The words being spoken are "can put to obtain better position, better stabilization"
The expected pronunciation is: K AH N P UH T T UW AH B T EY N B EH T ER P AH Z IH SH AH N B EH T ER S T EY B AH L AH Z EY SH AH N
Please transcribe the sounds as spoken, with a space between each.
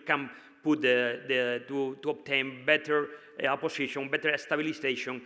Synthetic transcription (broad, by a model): K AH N P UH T T UW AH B T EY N B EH T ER P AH S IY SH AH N B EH T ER S T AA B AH L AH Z EY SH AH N